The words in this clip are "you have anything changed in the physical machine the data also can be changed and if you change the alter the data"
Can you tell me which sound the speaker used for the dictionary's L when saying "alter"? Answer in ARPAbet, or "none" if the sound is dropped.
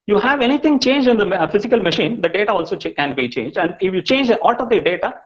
none